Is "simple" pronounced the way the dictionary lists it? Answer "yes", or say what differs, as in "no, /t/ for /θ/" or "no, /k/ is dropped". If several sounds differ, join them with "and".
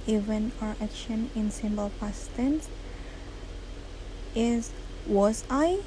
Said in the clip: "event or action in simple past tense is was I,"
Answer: no, /b/ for /p/